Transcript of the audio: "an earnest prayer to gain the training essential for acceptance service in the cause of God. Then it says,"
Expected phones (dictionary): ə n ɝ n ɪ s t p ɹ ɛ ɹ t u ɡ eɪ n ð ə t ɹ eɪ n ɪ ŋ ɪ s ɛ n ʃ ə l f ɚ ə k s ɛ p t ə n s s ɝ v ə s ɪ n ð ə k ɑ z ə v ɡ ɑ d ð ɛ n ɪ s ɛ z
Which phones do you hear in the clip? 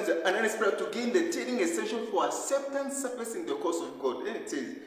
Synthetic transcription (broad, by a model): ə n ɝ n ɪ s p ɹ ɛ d t u ɡ eɪ n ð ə t eɪ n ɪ ŋ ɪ s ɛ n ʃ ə n f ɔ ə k s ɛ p t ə n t s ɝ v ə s ɪ n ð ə k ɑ s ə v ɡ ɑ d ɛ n ɪ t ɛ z